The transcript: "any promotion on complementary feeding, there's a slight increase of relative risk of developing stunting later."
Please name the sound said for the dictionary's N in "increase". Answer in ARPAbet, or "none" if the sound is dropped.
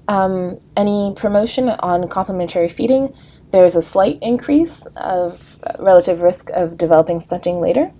N